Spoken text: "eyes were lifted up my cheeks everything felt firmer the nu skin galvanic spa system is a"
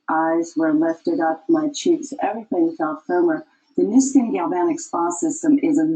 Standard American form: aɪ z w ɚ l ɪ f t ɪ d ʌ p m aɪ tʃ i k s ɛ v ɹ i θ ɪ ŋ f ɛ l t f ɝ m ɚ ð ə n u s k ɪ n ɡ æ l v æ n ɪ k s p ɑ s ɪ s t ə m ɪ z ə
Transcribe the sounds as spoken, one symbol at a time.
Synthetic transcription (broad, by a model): aɪ z w ɚ l ɪ f t ɪ d ʌ p m aɪ tʃ i k s ɛ v ɹ i θ ɪ ŋ f ɛ l t f ɝ m ɚ ð ə n u s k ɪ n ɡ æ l b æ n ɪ k s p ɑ s ɪ s t ə m ɪ z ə